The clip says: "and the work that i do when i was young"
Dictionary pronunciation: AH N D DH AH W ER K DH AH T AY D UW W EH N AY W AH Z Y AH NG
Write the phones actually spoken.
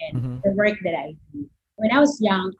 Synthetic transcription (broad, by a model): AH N DH AH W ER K DH AH T AY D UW W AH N AY W AH Z Y AH NG